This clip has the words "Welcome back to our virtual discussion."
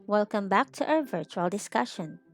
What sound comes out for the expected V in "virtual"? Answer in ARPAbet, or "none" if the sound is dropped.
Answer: V